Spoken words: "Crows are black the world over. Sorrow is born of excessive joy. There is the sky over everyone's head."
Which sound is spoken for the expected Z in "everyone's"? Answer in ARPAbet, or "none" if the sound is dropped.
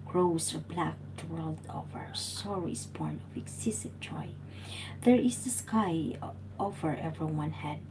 none